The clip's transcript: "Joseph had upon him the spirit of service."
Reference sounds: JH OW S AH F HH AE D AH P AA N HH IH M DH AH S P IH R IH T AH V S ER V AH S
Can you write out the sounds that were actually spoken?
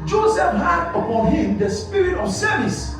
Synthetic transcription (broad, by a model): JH OW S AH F HH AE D AH P AA N HH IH M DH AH S P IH R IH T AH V S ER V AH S